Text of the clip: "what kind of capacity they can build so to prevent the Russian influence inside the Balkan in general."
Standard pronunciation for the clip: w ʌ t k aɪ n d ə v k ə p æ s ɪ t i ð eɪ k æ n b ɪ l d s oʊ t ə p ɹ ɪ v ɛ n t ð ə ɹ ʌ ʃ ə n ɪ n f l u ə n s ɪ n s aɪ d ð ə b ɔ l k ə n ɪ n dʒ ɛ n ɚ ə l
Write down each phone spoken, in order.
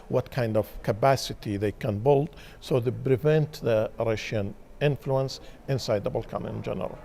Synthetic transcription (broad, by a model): w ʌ t k aɪ n d ə v k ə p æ s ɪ t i ð eɪ k æ n b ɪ l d s oʊ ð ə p ɹ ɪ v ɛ n t ð ə ɹ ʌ ʃ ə n ɪ n f l u ə n s ɪ n s aɪ d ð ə b ɔ l k ə n ɪ n dʒ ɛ n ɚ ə l